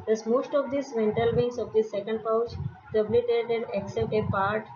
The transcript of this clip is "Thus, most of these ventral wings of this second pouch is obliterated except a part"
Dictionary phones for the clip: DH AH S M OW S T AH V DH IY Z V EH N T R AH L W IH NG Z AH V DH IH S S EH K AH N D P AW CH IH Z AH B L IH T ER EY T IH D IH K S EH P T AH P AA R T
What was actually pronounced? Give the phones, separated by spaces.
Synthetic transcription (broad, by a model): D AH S M OW S T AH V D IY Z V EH N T AH L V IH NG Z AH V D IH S S EH K AH N D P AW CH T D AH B L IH T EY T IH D IH K S EH P T AH P AA R T